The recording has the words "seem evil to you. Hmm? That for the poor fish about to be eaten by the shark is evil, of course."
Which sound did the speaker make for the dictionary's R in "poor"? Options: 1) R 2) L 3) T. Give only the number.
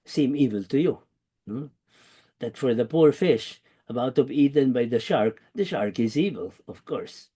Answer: 1